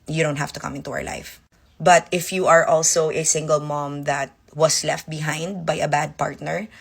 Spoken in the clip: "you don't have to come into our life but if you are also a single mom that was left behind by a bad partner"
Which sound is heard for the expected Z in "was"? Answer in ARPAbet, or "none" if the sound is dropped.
S